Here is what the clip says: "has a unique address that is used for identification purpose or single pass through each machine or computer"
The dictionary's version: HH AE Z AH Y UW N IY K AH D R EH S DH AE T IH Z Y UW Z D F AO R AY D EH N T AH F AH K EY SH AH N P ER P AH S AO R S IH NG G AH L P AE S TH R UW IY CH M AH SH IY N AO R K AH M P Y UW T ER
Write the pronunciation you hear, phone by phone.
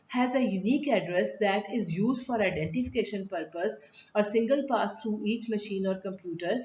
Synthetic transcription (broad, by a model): HH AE Z AH Y UW N IY K AH D R EH S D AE T IH Z Y UW Z D F AO R AY D EH N T AH F AH K EY SH AH N P ER P AH S AO R S IH NG G AH L P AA S T R UW IY CH M AH SH IY N AO R K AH M P Y UW T ER